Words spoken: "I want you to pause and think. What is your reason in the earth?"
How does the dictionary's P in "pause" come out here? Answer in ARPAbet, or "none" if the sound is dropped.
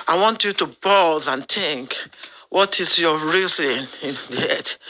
B